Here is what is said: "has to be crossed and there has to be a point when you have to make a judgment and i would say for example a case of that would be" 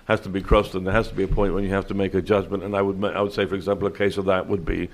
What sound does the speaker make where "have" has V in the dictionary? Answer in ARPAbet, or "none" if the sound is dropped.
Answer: F